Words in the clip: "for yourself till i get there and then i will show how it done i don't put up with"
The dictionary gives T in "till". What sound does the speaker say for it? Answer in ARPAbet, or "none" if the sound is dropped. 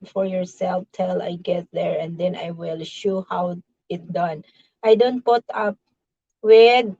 T